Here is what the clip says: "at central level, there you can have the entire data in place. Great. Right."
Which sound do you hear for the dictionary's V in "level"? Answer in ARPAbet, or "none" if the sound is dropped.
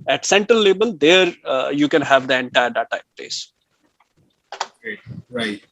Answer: B